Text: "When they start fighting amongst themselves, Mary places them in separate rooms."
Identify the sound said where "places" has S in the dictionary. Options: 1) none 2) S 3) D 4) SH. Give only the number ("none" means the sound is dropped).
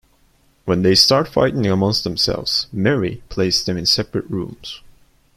1